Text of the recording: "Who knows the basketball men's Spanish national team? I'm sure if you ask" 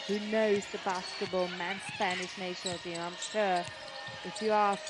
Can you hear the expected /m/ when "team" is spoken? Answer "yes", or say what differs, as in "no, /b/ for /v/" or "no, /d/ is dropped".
no, /m/ is dropped